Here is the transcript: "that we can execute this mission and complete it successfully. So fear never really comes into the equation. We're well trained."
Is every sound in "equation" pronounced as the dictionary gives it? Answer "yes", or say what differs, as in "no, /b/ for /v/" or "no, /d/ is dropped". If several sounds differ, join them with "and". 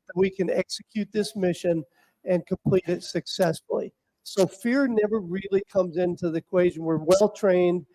yes